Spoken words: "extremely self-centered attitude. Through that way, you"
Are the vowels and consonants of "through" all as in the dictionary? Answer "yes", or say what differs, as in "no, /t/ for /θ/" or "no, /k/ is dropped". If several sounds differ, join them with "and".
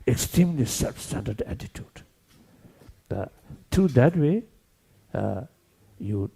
no, /t/ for /θ/